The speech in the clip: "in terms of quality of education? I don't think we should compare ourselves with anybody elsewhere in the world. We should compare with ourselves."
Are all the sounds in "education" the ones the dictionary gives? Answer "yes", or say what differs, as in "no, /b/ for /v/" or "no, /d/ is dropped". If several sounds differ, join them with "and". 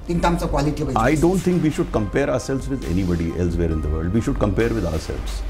no, /k/ is dropped and /ʃ/ is dropped